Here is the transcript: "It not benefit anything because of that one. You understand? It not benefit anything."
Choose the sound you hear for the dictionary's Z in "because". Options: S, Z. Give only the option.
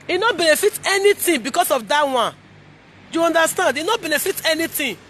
S